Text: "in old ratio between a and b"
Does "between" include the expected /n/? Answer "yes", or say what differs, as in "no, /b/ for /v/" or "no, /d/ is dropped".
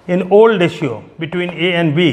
yes